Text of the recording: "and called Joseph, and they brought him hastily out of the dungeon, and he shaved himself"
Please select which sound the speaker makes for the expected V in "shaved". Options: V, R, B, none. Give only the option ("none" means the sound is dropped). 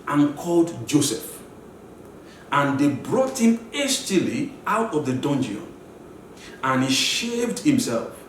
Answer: V